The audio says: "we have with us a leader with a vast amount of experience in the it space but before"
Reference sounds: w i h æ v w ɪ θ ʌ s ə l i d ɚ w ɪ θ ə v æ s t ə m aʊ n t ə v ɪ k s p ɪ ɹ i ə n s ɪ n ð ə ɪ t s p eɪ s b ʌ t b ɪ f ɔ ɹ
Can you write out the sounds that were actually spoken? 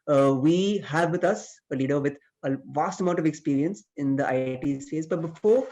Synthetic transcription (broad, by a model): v i h æ v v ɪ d ʌ s ə l i d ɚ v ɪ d ə v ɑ s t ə m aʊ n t ə v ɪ k s p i ɹ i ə n s ɪ n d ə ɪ t s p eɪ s b ʌ t b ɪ f ɔ ɹ